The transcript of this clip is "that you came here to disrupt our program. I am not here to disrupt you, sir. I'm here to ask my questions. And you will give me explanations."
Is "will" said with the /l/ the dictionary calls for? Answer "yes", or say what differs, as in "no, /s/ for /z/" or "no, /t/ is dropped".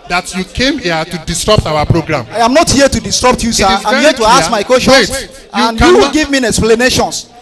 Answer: no, /w/ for /l/